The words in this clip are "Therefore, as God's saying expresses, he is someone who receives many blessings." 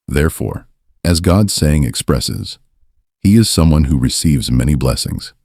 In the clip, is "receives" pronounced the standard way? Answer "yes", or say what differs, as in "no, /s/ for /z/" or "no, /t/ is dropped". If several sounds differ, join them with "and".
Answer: yes